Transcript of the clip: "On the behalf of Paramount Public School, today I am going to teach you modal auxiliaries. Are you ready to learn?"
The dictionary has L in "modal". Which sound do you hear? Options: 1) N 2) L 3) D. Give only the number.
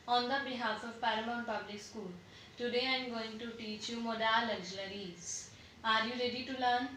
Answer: 2